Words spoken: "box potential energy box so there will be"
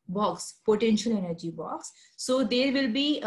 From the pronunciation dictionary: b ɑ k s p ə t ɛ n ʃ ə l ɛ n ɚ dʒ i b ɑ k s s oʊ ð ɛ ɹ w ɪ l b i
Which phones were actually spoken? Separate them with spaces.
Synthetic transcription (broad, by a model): b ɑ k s p ə t ɛ n ʃ ə l ɛ n ɚ dʒ i b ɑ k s s oʊ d ɛ ɹ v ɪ l b i